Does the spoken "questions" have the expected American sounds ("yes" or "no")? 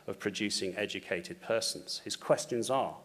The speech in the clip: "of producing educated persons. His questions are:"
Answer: yes